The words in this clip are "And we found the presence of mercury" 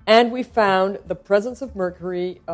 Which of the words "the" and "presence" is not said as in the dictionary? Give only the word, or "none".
none